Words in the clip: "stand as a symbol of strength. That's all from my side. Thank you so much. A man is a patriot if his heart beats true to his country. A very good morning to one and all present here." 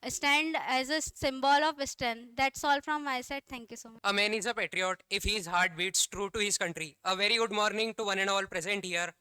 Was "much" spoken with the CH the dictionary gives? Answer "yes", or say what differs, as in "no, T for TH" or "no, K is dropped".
no, CH is dropped